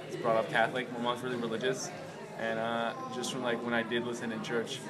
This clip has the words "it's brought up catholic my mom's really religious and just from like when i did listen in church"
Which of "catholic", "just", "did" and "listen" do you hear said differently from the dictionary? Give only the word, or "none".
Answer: none